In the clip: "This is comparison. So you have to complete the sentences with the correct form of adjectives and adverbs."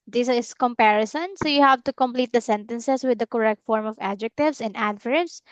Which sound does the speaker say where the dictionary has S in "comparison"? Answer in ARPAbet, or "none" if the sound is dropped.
S